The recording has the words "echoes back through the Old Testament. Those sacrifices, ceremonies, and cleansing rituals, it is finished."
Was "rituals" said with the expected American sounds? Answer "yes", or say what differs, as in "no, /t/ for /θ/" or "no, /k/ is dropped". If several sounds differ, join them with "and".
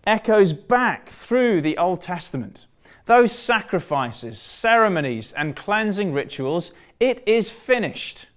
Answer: yes